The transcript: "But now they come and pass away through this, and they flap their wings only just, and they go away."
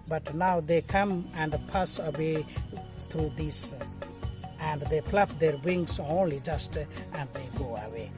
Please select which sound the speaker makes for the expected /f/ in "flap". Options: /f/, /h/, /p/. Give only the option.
/p/